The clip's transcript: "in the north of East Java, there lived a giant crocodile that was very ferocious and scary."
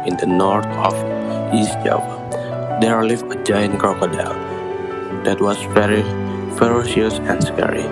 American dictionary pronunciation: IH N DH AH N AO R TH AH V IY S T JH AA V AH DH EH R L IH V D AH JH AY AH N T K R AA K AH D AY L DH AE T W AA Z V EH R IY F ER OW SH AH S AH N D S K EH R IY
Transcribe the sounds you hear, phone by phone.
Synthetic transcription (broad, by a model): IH N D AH N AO R T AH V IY S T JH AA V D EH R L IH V AH JH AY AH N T K AA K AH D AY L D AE T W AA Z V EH R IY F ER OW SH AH S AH N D S K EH R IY